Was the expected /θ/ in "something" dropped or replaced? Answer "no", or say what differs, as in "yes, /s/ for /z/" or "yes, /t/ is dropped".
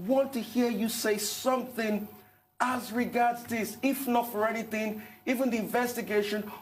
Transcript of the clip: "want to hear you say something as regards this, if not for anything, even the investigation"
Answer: no